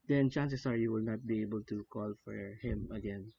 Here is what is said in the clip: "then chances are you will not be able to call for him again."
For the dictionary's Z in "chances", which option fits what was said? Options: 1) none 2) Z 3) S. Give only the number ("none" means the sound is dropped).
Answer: 3